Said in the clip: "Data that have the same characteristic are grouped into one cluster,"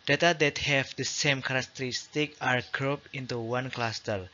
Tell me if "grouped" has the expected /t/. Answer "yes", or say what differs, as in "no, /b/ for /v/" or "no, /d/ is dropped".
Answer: no, /t/ is dropped